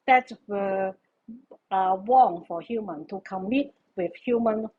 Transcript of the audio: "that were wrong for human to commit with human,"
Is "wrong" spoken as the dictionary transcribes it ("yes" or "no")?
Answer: no